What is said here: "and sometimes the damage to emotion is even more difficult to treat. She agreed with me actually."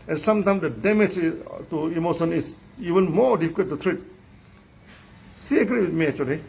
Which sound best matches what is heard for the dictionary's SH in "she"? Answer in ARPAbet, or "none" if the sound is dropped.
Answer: S